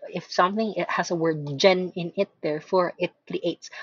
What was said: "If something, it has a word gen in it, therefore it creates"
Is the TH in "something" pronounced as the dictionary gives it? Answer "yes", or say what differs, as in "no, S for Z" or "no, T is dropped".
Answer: yes